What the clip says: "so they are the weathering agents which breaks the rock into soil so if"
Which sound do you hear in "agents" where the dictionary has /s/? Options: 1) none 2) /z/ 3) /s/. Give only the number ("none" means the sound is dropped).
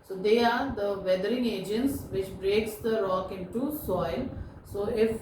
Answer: 3